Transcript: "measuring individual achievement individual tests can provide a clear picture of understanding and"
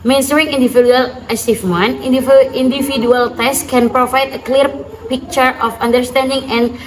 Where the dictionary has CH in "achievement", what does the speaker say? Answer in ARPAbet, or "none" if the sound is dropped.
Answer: S